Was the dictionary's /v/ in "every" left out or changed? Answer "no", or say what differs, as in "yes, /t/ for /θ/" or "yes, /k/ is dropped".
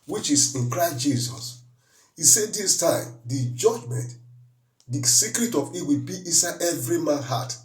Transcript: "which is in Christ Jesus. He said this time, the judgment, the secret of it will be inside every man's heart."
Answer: no